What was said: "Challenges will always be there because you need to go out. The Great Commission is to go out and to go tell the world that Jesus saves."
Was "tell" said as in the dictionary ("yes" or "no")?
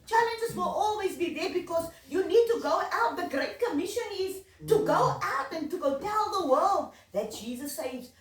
no